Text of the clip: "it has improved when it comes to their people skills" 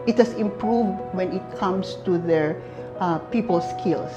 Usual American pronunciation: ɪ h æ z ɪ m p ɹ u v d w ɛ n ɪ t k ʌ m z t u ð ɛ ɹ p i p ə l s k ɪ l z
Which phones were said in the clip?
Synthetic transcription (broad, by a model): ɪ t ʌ s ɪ m p ɹ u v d w ɛ n ɪ t k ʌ m s t u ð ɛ ɹ p i p ə l s k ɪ l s